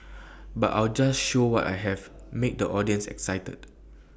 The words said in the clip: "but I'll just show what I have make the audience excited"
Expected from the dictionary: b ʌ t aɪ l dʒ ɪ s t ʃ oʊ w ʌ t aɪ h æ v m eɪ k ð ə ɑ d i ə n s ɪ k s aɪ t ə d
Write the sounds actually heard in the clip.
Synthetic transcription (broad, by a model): b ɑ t aɪ l dʒ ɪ s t ʃ oʊ w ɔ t aɪ h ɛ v m eɪ k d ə ɑ d i ə n s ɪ k s aɪ t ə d